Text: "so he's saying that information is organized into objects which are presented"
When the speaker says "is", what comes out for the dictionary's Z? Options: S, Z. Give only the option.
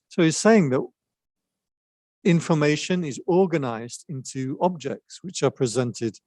Z